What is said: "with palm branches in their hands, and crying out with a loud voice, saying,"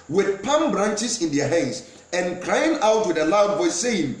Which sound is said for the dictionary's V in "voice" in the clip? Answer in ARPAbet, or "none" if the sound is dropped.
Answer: B